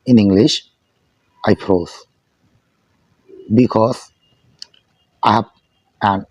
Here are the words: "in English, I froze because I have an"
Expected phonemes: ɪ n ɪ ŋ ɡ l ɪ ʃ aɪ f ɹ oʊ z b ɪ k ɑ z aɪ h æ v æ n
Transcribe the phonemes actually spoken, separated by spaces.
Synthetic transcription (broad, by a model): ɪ n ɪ ŋ ɡ l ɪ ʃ aɪ p ɹ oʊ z b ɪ k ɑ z aɪ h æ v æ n